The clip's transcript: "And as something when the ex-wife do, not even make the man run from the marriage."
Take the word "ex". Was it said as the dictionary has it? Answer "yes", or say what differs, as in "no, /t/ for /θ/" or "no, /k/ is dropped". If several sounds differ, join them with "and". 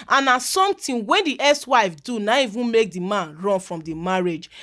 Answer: no, /k/ is dropped